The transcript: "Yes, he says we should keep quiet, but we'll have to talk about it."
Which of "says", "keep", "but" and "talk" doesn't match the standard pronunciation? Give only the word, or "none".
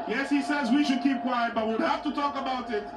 none